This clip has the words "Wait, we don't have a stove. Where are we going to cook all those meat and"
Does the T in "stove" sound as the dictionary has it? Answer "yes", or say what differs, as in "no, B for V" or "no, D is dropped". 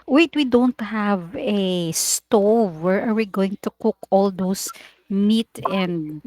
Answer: yes